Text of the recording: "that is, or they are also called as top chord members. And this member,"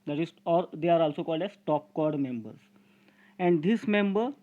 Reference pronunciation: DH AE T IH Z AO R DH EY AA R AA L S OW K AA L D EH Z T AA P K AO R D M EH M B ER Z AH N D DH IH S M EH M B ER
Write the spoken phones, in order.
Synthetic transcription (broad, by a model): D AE T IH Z AO R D EY AA R AA L S OW K AA L D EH S T AA P K AO R D M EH M B ER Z AH N D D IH S M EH M B ER